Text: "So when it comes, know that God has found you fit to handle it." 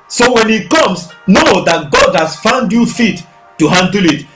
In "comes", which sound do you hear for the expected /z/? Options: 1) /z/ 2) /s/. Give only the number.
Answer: 2